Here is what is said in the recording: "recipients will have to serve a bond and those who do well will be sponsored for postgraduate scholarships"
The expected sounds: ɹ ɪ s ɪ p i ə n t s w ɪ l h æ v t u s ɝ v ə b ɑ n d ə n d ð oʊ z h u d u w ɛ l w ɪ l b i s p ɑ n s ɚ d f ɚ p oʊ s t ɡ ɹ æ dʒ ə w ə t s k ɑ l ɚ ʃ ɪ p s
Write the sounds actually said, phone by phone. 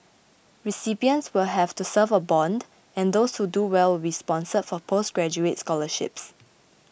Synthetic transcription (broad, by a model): ɹ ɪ s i p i ə n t s w ɪ l h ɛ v t u s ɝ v ə b ɑ n d ə n d oʊ s h u d u w ɛ l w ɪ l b i s p ɑ n s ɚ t f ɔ p oʊ s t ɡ ɹ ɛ dʒ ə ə t s k ɑ l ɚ ʃ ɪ p s